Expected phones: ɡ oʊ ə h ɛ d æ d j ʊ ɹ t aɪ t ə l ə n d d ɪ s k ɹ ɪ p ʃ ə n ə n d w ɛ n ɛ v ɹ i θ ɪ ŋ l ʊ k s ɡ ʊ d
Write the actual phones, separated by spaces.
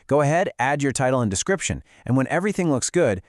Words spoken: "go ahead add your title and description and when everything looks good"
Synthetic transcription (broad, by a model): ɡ oʊ ə h ɛ d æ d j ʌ ɹ t aɪ t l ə n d d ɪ s k ɹ ɪ p ʃ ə n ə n w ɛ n ɛ v ɹ i θ ɪ ŋ l ʊ k s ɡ ʊ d